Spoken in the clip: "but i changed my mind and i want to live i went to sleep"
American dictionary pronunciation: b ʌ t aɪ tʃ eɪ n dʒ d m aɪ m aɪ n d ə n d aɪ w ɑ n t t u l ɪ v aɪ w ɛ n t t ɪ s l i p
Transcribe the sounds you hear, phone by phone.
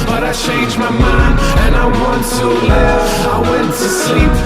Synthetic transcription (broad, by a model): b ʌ t aɪ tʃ eɪ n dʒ m aɪ m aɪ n ə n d aɪ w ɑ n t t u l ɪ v aɪ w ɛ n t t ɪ s l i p